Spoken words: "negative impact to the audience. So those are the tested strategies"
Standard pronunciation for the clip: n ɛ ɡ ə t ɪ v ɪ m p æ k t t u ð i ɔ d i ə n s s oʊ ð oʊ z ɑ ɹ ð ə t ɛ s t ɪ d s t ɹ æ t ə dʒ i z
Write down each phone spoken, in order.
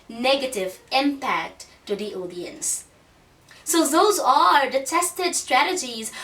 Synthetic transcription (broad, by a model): n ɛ ɡ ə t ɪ v ɪ m p æ k t t u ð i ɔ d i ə n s s oʊ ð oʊ z ɑ ɹ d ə t ɛ s t ɪ d s t ɹ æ t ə dʒ i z